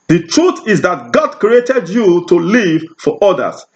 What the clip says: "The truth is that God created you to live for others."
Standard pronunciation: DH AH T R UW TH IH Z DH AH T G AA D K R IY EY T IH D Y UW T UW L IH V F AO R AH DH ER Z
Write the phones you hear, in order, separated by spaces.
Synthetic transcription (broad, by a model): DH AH T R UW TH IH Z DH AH T G AA D K R IY EY T IH D Y UW T UW L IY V F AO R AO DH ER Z